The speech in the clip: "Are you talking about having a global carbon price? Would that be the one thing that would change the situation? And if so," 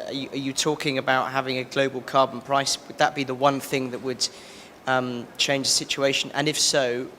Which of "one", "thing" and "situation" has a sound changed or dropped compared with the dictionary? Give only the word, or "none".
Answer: none